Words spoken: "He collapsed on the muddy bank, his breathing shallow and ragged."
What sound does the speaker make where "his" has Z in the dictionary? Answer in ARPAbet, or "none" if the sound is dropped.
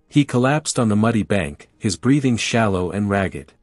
Z